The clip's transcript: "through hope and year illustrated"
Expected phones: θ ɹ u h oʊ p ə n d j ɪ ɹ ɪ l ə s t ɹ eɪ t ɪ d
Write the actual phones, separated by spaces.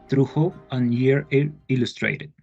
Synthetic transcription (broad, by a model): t ɹ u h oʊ ə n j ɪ ɹ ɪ l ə s t ɹ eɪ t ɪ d